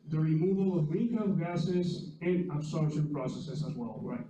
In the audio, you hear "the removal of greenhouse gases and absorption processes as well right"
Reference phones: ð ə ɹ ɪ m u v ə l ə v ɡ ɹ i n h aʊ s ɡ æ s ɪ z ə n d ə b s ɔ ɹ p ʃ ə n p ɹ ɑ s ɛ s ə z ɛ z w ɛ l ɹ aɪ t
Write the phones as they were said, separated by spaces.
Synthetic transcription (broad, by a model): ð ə ɹ ɪ m u v ə l ə v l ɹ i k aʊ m ɡ æ s ɪ z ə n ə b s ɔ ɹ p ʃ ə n p ɹ ɑ s ɛ s ə z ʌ z w ɛ l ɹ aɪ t